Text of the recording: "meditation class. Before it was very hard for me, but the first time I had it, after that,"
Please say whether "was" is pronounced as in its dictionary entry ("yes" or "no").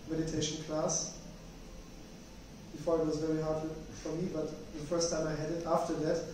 yes